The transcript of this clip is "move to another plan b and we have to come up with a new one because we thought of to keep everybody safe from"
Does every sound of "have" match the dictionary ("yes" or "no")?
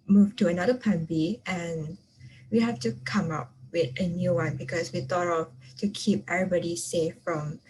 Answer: no